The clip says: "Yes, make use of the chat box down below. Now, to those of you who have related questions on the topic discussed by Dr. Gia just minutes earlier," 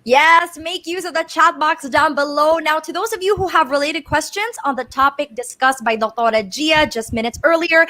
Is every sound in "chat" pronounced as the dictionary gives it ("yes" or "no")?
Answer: yes